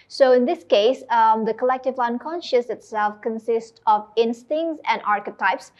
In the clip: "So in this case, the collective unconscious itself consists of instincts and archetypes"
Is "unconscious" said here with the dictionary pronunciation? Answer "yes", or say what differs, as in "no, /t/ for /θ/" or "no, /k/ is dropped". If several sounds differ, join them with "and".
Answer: yes